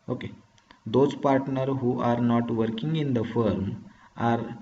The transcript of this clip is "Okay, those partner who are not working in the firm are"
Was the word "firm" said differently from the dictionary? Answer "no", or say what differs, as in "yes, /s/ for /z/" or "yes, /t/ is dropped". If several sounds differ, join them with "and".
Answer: no